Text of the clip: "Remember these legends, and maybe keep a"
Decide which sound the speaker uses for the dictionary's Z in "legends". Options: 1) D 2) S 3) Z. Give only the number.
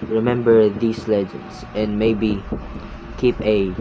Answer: 2